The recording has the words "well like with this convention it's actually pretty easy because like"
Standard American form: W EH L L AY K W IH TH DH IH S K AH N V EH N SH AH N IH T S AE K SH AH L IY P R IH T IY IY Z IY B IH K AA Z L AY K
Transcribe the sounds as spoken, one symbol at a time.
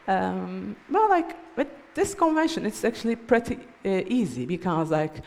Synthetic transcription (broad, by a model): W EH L L AY K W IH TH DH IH S K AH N V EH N SH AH N IH T S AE K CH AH L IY P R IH T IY IY Z IY B IH K AA Z L AY K